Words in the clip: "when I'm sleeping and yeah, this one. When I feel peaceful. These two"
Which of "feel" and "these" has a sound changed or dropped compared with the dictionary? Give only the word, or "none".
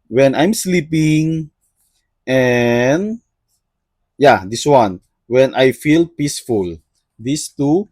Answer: these